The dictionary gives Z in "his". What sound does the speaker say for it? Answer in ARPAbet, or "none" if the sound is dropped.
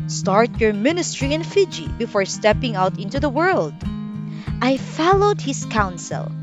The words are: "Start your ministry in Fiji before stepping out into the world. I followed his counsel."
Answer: S